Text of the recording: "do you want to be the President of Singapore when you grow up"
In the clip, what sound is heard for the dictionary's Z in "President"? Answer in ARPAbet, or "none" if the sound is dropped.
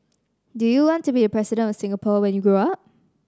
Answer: S